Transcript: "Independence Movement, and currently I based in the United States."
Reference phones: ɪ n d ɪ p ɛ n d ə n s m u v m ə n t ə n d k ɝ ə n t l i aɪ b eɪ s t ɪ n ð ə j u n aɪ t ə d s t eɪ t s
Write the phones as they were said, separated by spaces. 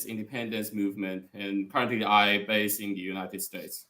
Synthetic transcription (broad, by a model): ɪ n d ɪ p ɛ n d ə n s m u v m ə n t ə n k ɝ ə n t l i aɪ b eɪ s ɪ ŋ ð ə j u n aɪ t ə d s t eɪ t s